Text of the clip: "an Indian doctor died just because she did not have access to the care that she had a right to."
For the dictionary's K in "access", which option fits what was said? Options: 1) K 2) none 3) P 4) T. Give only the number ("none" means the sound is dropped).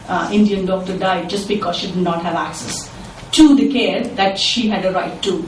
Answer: 1